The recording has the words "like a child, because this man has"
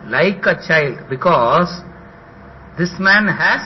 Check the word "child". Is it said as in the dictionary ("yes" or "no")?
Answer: yes